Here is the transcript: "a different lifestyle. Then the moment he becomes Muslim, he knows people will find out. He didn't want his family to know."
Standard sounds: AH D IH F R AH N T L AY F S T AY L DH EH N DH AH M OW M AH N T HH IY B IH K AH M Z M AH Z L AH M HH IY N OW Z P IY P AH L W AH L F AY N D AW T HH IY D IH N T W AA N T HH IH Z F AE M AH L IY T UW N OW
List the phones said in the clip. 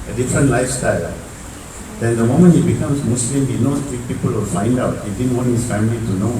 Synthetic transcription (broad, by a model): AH D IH F R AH N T L AY F S T AY L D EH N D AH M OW M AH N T HH IY B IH K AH M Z M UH S L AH M HH IY N OW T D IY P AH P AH L F AY N D AW T HH IY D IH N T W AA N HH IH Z F AE M AH L IY T UW N OW